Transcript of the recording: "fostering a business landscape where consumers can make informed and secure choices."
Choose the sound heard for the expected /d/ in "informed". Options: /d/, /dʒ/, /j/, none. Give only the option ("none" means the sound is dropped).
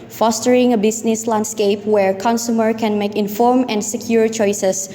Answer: none